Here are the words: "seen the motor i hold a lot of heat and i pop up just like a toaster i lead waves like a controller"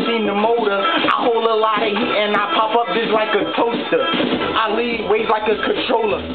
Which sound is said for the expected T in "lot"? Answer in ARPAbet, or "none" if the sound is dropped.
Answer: none